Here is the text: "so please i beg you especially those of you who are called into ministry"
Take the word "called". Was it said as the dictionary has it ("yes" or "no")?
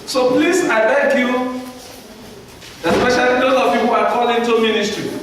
no